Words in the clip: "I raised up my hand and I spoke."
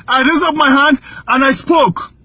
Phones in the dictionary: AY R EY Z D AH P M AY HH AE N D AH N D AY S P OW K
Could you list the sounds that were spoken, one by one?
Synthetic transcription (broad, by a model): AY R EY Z AH P M AY HH AE N D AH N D AY S P OW K